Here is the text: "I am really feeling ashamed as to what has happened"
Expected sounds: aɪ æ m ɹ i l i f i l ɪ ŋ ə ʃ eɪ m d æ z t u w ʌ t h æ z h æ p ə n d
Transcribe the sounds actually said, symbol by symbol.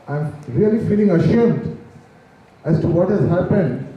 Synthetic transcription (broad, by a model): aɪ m ɹ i l i f i l ɪ ŋ ə ʃ eɪ m d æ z t u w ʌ t h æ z h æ p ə n d